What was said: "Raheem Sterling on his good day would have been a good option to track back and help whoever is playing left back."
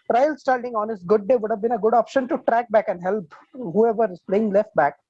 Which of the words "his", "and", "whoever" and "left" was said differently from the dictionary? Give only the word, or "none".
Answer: his